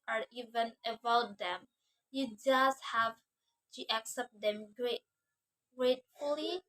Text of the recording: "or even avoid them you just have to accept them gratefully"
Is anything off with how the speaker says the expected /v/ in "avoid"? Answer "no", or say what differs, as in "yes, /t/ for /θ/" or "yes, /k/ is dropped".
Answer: yes, /b/ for /v/